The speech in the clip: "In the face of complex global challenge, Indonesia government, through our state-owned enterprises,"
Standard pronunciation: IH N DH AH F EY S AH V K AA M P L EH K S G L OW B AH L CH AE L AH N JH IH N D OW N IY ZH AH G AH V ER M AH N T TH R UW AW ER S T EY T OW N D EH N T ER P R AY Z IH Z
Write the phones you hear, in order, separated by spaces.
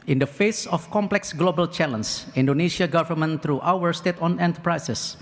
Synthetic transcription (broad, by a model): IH N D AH F EY S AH F K AA M P L EH K S G L OW B AH L CH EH L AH N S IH N D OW N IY SH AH G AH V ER M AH N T R UW AW ER S T EY T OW N EH N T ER P R AY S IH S